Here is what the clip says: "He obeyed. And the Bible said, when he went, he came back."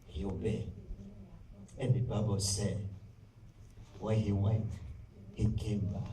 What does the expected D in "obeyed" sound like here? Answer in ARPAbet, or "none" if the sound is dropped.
none